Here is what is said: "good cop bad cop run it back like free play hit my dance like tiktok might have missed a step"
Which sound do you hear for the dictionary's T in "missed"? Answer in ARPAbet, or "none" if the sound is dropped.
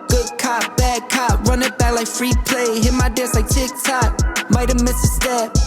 none